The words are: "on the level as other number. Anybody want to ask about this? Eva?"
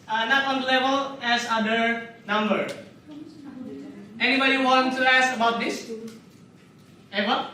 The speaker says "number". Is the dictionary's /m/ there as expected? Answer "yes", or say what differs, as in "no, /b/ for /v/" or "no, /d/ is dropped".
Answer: yes